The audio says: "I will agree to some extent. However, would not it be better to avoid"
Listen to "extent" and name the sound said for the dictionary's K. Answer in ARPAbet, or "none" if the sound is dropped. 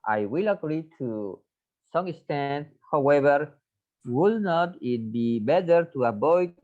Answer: none